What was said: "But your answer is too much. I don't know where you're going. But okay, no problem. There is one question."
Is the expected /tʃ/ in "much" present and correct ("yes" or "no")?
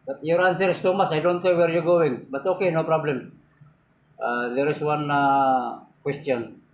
no